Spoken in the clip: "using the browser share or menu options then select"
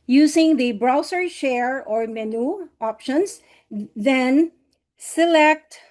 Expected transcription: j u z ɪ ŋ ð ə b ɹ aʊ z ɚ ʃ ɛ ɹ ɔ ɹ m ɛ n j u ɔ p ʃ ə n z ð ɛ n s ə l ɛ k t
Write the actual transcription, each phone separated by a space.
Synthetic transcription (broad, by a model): j u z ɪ ŋ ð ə b ɹ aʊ s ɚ ʃ ɛ ɹ ɔ ɹ m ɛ n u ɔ p ʃ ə n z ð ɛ n s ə l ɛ k t